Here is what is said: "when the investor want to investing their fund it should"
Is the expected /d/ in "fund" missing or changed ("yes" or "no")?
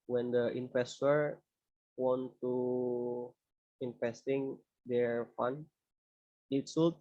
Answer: yes